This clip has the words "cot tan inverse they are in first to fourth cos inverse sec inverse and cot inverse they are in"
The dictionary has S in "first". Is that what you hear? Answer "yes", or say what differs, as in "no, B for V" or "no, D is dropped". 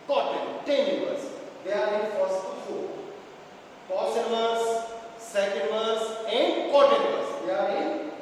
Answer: no, S is dropped